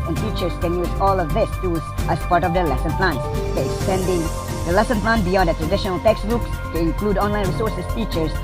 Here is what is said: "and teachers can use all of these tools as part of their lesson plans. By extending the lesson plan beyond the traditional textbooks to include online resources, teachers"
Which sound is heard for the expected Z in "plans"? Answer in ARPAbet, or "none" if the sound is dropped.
none